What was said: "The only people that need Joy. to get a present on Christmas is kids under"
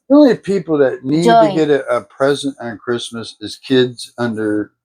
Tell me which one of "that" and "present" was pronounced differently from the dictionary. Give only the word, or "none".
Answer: none